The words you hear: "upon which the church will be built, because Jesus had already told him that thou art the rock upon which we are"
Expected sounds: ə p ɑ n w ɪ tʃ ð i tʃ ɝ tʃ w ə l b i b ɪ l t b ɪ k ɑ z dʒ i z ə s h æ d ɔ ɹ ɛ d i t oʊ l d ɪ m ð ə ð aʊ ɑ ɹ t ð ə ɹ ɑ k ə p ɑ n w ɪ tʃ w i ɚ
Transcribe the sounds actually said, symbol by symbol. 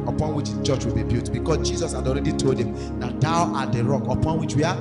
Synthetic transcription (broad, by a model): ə p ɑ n w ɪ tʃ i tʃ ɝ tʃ w ə l b i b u t b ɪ k ɑ s dʒ i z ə s h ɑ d ɔ ɹ ɛ d i t oʊ l d ɪ m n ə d aʊ ɑ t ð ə ɹ ɑ k ə p ɑ n w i tʃ w i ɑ